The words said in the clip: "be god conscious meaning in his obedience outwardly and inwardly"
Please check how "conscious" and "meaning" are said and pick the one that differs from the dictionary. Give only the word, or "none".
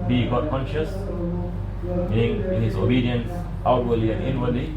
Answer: meaning